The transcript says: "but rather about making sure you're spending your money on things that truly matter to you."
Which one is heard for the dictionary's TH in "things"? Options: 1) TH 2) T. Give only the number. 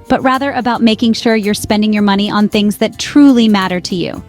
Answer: 1